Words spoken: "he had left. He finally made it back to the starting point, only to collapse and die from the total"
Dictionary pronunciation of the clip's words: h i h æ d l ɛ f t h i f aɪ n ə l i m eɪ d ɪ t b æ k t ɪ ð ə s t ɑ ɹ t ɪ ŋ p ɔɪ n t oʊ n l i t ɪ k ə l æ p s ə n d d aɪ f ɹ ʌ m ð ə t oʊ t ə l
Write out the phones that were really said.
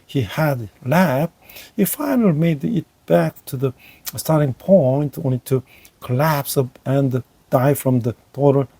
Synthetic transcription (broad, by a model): h i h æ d l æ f h i f aɪ n ə l i m eɪ d ɪ t b æ k t ɪ ð ə s t ɑ ɹ t ɪ ŋ p ɔɪ n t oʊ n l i t ɪ k ə l æ p s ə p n d aɪ f ɹ ʌ m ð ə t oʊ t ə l